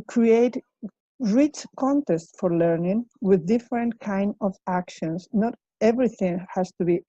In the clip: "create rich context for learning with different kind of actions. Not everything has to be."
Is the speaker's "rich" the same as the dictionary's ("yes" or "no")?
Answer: yes